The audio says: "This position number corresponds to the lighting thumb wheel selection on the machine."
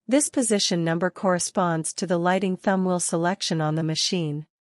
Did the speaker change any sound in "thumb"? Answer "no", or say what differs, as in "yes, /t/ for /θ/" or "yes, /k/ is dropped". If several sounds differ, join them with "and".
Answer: no